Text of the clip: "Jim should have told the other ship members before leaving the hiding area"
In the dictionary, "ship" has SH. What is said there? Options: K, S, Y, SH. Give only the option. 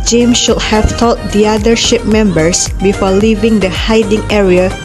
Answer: SH